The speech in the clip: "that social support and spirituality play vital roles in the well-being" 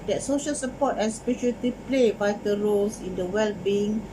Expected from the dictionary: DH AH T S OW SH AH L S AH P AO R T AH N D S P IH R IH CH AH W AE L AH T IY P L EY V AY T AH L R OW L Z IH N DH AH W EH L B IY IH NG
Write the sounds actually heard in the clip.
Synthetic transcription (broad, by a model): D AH T S OW SH AH L S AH P AO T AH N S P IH SH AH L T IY P L EY B AY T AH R OW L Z IH N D AH W EH L B IY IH NG